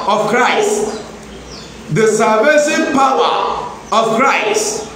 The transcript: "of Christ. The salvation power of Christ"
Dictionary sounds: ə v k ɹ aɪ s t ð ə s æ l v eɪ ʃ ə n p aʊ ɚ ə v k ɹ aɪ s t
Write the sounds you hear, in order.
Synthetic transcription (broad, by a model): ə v k ɹ aɪ s t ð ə s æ v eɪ s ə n p aʊ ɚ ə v k ɹ aɪ s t